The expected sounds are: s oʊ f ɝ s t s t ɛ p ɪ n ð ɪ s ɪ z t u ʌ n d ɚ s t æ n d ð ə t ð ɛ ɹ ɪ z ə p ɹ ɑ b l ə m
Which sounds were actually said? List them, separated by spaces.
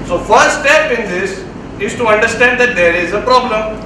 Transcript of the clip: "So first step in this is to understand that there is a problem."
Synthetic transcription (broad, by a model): s oʊ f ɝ t s t ɛ p ɪ n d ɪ s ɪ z t u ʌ n d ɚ s t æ n d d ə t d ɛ ɹ ɪ z ə p ɹ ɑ b l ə m